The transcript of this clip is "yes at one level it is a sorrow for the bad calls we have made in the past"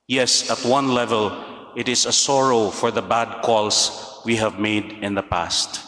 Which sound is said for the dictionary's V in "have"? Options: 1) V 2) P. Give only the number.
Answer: 1